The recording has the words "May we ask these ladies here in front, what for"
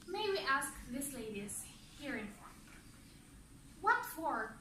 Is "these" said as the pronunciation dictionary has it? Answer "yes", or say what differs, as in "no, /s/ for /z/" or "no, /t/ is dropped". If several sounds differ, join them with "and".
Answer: no, /s/ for /z/